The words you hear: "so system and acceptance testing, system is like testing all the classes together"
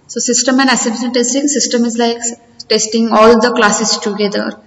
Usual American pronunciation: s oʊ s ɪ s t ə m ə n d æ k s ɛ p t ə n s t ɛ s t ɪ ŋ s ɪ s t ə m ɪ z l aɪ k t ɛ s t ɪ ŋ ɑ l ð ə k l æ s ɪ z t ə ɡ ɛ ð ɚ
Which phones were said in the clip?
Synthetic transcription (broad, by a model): s oʊ s ɪ s t ə m ə n d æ s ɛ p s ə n t ɛ s t ɪ ŋ s ɪ s t ə m ɪ z l aɪ k t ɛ s t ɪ ŋ ɑ l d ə k l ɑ s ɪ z t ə ɡ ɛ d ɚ